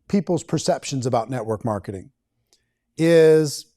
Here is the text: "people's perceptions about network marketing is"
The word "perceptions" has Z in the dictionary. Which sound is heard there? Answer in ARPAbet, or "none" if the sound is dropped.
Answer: Z